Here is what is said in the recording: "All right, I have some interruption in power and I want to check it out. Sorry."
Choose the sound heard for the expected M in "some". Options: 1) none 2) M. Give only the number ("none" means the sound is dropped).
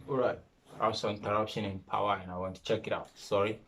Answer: 1